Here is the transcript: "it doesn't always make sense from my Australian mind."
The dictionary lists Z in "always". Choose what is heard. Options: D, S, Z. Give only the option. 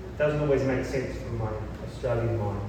Z